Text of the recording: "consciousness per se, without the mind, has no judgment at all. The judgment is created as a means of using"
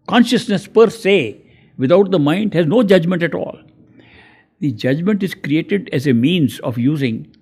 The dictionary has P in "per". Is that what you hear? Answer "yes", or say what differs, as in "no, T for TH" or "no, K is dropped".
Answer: yes